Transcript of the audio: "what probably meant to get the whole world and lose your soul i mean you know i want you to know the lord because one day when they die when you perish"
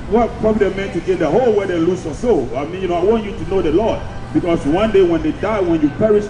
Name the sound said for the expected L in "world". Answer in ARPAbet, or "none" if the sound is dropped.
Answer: none